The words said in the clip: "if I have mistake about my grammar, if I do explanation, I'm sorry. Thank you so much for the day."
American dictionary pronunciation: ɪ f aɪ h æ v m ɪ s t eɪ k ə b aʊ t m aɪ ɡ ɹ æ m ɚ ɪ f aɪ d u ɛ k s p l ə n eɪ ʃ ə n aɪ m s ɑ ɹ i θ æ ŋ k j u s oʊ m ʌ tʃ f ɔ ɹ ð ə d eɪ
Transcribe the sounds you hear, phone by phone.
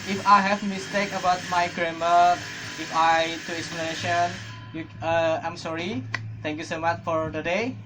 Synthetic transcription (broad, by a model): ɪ f aɪ h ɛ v m ɪ s t eɪ k ə b aʊ t m aɪ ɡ ɹ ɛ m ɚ ɪ f aɪ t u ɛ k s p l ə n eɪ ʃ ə n aɪ m s ɑ ɹ i t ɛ ŋ k j u s oʊ m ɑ tʃ f ɔ ɹ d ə d eɪ